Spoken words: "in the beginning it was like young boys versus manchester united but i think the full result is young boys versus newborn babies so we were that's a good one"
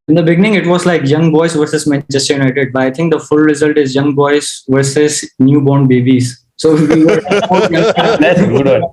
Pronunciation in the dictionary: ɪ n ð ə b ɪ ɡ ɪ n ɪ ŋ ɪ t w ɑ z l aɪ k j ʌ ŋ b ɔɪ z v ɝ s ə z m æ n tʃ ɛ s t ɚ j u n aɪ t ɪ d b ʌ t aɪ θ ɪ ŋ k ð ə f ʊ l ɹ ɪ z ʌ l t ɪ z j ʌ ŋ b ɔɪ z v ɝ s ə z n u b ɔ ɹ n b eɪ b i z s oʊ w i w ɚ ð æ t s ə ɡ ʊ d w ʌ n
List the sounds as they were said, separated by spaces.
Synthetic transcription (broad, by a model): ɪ n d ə b ɪ ɡ ɪ n ɪ ŋ ɪ t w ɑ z l aɪ k j ʌ ŋ b ɔɪ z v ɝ s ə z m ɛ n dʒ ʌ s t j u n aɪ t ɪ d b ʌ t aɪ t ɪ ŋ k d ə f ʊ l ɹ ɪ z ʌ l t ɪ z j ʌ ŋ b ɔɪ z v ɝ s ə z n u b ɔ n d b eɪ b i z s oʊ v i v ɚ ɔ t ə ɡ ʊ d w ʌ